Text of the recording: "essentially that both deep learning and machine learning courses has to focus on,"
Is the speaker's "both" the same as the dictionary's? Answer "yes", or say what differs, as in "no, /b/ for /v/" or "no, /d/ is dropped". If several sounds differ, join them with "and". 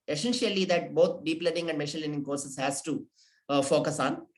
no, /t/ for /θ/